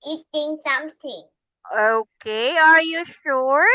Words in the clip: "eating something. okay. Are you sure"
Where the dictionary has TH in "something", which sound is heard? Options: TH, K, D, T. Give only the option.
T